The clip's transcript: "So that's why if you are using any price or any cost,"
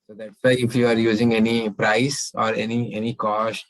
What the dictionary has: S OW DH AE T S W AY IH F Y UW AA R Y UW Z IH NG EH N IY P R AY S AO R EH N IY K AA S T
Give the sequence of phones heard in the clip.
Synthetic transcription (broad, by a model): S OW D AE T S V AY IH F Y UW AA R Y UW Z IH NG EH N IY P R AY S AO R EH N IY K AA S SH